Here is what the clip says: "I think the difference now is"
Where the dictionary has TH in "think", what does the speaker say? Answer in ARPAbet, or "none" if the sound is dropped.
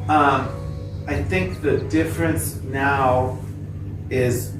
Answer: TH